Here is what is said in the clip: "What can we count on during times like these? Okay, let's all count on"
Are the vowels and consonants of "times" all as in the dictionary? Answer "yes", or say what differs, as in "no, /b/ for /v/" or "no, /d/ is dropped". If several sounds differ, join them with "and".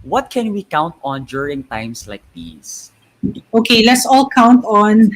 no, /s/ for /z/